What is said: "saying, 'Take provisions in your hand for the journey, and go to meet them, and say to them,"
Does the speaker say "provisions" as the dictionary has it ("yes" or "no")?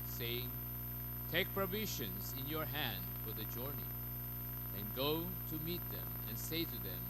no